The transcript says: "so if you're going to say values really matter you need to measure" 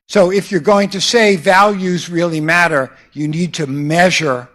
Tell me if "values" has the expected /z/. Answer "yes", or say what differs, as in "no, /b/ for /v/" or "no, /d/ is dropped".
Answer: yes